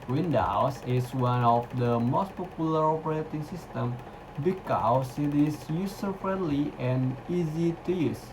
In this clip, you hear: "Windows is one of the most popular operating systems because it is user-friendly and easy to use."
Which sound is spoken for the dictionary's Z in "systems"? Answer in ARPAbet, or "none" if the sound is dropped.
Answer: none